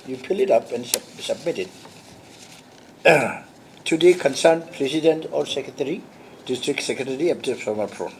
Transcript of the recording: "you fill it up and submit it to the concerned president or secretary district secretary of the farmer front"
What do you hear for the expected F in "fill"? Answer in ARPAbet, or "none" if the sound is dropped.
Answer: P